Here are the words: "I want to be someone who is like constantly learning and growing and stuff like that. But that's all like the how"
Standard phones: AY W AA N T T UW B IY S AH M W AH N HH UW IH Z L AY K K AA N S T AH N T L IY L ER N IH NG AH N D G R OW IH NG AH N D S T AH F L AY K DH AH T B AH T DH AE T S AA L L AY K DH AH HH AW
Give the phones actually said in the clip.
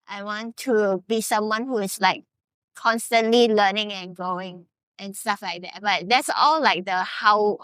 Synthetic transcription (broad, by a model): AY W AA N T T UW B IY S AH M W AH N HH UW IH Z L AY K K AA N S T AH N T L IY L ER N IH NG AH N G R OW IH NG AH N S T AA F L AY K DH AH T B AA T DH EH T S AA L L AY K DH AH HH AW